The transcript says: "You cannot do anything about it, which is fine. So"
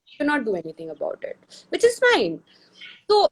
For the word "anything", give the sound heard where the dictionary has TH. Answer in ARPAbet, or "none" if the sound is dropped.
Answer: T